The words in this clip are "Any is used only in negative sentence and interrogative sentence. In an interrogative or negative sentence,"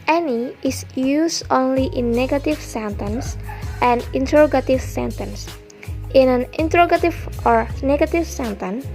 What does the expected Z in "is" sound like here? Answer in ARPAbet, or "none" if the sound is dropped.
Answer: S